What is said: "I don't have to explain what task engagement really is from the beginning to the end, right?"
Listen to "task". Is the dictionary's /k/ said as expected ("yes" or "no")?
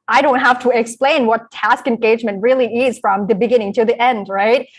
yes